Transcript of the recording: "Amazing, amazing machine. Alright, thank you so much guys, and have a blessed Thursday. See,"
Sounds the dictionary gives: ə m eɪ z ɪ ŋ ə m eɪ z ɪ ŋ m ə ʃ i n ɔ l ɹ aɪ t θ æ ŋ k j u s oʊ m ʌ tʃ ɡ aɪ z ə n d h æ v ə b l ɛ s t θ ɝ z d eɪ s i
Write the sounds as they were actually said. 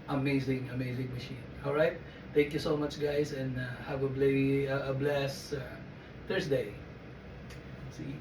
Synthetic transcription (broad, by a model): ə m eɪ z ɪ ŋ ə m eɪ z ɪ ŋ m ə ʃ i n ɔ l ɹ aɪ t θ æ ŋ k j u s oʊ m ʌ tʃ ɡ aɪ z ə n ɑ h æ v ə b l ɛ s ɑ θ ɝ s d eɪ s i